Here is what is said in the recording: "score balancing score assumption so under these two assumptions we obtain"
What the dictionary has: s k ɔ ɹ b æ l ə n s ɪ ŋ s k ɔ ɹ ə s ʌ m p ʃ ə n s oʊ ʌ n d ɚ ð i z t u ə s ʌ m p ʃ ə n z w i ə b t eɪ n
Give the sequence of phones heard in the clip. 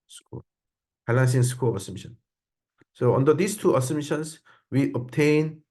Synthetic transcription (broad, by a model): s k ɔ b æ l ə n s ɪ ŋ s k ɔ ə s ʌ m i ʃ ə n s oʊ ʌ n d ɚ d i s t u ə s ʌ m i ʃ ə n s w i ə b t eɪ n